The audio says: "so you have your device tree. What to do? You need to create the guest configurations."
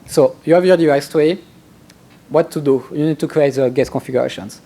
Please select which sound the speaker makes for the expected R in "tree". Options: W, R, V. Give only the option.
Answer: W